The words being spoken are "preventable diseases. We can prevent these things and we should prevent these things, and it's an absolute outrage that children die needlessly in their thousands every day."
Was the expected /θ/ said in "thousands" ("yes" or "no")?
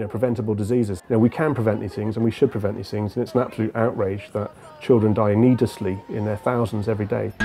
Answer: yes